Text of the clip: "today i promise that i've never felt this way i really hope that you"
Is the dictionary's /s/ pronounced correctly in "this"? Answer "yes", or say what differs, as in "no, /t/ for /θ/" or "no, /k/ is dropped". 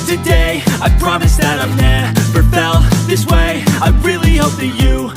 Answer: yes